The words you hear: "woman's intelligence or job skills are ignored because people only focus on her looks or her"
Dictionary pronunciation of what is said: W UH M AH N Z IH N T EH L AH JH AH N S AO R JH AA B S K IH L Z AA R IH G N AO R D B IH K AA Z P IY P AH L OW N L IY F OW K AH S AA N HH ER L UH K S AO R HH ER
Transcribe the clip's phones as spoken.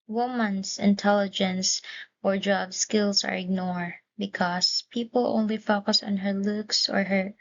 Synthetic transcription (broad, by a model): W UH M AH N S IH N T EH L AH JH AH N S AO R JH AA B S K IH L S AA R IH G N AO R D B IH K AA S P IY P AH L OW N L IY F OW K AH S AA N HH ER L UH K S AO R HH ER